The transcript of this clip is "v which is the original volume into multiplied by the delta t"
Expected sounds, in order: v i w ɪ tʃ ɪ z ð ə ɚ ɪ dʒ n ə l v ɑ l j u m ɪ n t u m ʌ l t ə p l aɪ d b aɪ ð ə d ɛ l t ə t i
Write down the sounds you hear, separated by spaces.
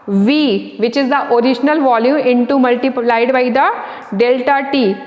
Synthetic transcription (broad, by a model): v i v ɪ tʃ ɪ z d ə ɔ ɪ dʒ n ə l v ɑ l j u m ɪ n t u m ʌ l t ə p l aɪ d b aɪ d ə d ɛ l t ə t i